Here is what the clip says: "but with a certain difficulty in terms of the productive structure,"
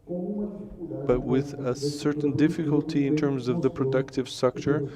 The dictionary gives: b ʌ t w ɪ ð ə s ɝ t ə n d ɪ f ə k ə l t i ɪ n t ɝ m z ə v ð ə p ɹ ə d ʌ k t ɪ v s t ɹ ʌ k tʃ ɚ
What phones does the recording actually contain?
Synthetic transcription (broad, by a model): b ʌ t w ɪ ð ə s ɝ t n d ɪ f ə k ə l t i ɪ n t ɝ m z ə v ð ə p ɹ ə d ʌ k t ɪ v s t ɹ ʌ k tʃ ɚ